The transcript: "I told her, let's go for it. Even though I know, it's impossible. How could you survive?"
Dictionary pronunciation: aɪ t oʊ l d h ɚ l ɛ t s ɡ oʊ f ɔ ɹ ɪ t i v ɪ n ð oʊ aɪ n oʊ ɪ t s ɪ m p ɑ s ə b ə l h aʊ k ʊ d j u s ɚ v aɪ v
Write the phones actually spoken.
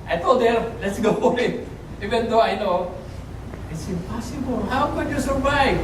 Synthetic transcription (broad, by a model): aɪ t oʊ l d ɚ l ɛ t s ɡ oʊ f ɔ l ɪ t i v ɪ n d oʊ aɪ n oʊ ɪ t s ɪ m p ɑ s ə b ə l h aʊ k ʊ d j u s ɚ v aɪ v